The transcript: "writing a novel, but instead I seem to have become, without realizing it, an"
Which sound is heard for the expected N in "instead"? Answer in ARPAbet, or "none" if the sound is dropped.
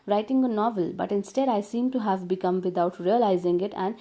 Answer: N